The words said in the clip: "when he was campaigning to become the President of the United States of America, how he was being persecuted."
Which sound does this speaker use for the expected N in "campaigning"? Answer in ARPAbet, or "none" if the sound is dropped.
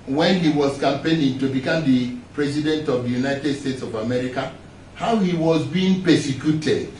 L